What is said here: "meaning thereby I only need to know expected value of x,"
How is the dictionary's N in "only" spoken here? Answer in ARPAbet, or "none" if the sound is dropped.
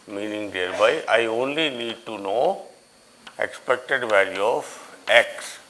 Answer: N